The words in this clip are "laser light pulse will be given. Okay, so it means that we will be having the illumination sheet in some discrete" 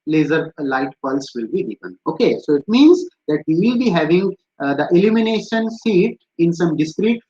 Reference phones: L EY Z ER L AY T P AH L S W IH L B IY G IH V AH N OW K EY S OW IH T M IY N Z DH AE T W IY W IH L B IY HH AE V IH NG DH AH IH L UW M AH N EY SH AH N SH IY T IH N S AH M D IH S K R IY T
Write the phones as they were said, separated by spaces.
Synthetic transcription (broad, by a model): L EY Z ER L AY T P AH L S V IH L B IY G IH V AH N OW K EY S OW IH T M IY N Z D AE T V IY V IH L B IY HH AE V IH NG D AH IH L UW M AH N EY SH AH N S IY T IH N S AH M D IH S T R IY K